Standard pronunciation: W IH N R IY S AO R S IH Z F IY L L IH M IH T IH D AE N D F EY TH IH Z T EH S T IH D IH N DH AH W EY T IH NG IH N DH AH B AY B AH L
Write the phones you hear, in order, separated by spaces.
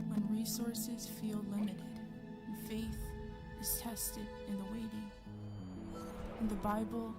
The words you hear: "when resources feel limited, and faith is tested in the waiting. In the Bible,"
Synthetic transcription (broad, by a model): W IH N R IY S AO R S IH Z F IY L L IH M IH T IH D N F EY TH IH Z T EH S T IH D IH N DH AH W EY T IH NG IH N DH AH B AY B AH L